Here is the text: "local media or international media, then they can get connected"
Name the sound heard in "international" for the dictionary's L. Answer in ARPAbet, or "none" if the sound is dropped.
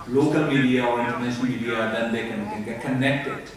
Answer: N